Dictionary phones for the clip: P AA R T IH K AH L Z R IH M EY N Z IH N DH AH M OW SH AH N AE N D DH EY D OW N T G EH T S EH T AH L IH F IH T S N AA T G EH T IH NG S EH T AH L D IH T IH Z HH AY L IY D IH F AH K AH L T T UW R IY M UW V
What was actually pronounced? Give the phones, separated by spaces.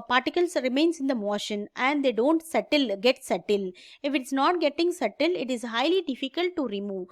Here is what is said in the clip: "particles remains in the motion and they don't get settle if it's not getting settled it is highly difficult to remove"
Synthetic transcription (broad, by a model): P AA R T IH K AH L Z R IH M EY N S IH N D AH M OW SH AH N AE N D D EY D OW N T G EH T S EH T AH L IH F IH T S N AA T G EH T IH NG S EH T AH L IH T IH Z HH AY L IY D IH F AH K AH L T T UW R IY M UW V